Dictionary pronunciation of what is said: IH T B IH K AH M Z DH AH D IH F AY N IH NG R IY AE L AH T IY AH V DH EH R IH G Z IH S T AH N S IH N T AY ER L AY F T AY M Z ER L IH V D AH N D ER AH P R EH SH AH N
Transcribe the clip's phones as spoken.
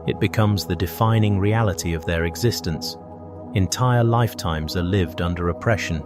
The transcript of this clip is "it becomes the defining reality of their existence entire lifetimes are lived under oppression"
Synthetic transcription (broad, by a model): IH T B IH K AH M Z DH AH D IH F AY N IH NG R IY AE L AH T IY AH V DH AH R IH G Z IH S T AH N S IH N T AY ER L AY F T AY M Z ER L IH V D AH N D ER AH P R EH SH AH N